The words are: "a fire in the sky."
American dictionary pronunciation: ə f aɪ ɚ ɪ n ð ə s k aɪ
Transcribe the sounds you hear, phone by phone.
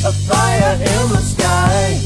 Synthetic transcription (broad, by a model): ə f aɪ ɚ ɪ l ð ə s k aɪ